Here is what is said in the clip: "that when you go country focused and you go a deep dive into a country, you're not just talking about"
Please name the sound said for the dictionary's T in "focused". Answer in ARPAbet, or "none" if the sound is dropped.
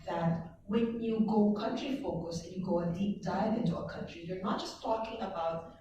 none